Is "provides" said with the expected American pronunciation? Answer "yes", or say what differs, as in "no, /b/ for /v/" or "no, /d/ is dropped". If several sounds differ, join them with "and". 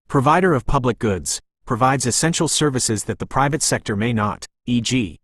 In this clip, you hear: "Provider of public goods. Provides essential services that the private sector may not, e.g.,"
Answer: yes